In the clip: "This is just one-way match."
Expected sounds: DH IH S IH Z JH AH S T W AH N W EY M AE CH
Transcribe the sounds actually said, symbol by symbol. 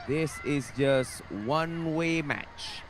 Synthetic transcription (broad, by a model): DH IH S IH Z JH AH S T W AH N W EY M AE CH